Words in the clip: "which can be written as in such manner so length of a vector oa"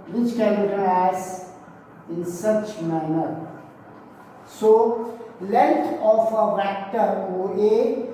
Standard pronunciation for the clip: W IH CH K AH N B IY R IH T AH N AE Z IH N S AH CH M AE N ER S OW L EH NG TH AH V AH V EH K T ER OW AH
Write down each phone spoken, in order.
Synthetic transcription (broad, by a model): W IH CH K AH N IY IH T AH AE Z IH N S AH CH M AE N ER S OW L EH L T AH F AH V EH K T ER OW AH